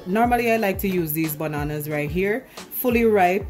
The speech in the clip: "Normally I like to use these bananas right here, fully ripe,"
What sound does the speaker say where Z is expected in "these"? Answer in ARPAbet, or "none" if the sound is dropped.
Z